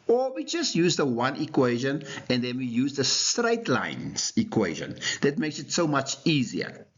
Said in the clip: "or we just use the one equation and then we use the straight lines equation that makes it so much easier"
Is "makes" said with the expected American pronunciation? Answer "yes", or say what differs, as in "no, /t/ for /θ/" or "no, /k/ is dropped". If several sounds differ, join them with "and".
yes